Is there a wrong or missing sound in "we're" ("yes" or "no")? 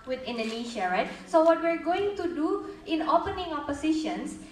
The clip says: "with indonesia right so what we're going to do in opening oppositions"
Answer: no